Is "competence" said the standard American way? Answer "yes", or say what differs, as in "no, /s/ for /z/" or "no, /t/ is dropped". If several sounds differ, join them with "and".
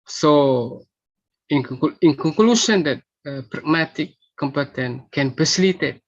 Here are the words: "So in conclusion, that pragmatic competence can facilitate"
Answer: no, /s/ is dropped